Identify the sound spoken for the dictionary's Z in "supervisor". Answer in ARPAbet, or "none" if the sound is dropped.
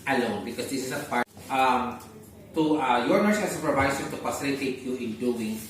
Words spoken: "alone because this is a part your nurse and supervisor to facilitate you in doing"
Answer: S